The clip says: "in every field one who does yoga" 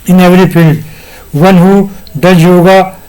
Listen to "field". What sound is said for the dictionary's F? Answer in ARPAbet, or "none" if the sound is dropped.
P